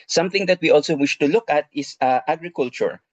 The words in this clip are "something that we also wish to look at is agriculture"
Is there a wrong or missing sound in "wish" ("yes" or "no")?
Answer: no